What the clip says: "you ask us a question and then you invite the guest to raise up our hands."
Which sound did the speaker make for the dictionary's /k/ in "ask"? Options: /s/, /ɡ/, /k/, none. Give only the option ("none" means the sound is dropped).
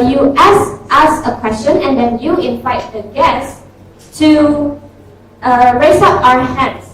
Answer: none